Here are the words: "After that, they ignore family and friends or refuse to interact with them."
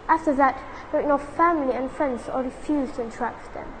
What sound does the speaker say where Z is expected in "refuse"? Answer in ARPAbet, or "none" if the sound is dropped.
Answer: Z